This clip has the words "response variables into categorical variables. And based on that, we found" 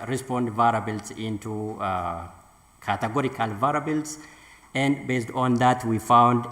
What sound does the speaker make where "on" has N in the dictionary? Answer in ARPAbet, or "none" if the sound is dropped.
N